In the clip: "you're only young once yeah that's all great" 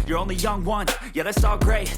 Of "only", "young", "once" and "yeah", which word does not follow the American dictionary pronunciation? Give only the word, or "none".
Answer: once